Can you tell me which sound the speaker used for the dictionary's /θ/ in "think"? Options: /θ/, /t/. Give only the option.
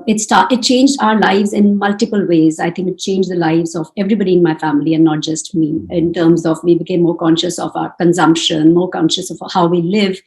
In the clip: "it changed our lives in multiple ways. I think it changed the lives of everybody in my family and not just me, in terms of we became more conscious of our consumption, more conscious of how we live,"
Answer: /t/